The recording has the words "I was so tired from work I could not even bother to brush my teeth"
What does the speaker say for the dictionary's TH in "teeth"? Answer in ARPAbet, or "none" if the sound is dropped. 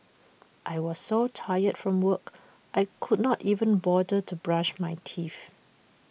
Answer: F